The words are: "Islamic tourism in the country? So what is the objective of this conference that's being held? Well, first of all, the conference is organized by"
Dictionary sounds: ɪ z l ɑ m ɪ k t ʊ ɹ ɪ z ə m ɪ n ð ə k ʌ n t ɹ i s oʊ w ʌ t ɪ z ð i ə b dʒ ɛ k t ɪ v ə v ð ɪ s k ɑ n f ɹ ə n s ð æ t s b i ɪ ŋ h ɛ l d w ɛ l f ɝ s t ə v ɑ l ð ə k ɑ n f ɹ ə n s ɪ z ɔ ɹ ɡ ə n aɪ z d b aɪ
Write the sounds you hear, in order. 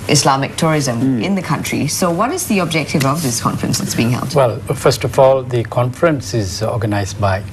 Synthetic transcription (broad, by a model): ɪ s l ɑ m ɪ k t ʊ ɹ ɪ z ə m ɪ n ð ə k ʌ n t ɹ i s oʊ w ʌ t ɪ z ð i ə b dʒ ɛ k t ɪ v ə v ð ɪ s k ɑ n f ɹ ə n s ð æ t s b i ɪ ŋ h ɛ l d w ɛ l f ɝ s t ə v ɑ l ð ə k ɑ n f ɹ ə n s ɪ z ɔ ɡ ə n aɪ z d b aɪ